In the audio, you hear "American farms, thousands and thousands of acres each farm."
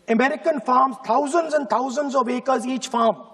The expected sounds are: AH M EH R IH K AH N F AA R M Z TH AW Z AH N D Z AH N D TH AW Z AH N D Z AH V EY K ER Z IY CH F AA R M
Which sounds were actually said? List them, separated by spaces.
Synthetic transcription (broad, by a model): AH M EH R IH K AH N F AA R M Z T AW Z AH N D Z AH N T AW Z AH N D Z AH V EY K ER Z IY CH F AA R M